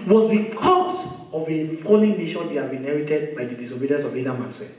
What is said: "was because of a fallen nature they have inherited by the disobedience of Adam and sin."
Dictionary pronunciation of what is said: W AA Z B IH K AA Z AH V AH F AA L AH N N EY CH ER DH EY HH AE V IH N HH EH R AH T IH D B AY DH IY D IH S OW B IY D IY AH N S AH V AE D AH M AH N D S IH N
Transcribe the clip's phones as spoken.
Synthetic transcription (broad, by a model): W AA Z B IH K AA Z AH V AH F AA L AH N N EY SH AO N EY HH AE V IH N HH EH R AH T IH D B AY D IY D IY S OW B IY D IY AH N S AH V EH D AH M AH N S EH